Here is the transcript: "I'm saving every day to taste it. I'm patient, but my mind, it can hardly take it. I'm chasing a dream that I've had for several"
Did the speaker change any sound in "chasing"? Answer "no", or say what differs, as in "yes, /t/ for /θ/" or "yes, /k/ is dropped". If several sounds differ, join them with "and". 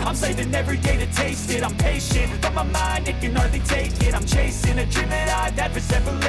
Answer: no